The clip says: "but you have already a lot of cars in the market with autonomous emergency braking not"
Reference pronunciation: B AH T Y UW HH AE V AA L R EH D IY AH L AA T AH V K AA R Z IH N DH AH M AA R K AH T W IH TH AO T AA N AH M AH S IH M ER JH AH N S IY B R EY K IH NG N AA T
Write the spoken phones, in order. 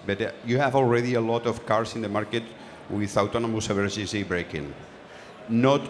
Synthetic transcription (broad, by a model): B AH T Y UW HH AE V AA L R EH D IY AH L AA T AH F K AA R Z IH N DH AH M AA R K AH T W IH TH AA T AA N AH M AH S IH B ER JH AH S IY B R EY K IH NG N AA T